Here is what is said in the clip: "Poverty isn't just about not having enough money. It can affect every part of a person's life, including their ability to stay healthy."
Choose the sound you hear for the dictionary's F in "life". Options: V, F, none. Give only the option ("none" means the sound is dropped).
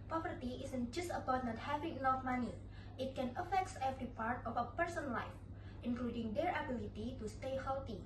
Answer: F